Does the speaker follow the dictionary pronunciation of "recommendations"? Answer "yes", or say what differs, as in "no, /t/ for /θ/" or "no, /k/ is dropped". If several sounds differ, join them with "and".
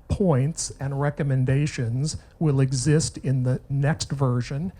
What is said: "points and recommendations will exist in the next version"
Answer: yes